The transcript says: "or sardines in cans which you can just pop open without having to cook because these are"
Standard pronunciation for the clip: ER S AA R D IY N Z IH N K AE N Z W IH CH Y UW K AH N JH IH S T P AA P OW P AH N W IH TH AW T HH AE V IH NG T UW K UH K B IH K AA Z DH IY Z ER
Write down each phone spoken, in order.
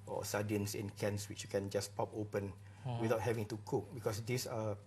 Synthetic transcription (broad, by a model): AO S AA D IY N S IH N K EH N S W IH CH Y UW K AH N JH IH S P AA P OW P AH N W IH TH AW T HH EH V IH NG T UW K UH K B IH K AA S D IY S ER